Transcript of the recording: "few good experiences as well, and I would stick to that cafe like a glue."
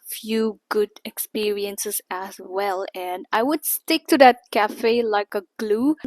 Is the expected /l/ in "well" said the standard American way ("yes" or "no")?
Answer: yes